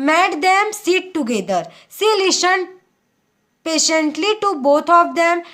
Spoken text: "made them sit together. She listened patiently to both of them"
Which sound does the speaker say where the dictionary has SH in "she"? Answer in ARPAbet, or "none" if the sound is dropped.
S